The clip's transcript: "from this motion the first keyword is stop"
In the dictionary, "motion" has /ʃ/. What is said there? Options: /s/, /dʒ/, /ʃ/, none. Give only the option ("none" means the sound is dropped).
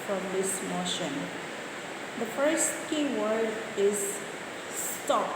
/ʃ/